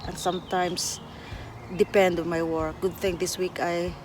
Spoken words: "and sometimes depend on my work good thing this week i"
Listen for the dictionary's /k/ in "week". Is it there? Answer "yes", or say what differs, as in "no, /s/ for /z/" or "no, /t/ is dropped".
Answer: yes